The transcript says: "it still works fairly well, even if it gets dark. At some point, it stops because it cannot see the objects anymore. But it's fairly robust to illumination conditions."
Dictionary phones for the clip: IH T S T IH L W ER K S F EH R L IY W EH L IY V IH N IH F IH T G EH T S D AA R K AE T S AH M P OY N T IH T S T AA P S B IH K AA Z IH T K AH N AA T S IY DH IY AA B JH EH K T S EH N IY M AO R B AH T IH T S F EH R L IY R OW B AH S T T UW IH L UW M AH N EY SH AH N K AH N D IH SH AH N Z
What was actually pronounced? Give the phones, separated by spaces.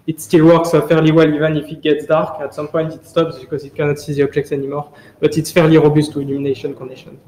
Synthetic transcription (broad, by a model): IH T S T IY L W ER K S F EH R L IY W EH L IY V IH N IH F IH T G EH T S D AA R K AE T S AH M P OY N T IH T S T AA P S B IH K AA Z IH T K AH N AA T S IY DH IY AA B JH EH K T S EH N IY M AO R B AH T IH T S F EH R L IY R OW B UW S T T UW IH L UW M AH N EY SH AH N K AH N D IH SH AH N